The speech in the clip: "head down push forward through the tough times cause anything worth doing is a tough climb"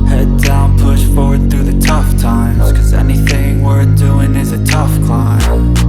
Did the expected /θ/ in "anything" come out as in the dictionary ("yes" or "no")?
yes